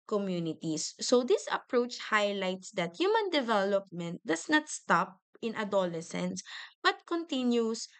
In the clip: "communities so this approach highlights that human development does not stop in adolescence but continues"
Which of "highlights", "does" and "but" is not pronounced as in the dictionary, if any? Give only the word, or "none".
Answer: does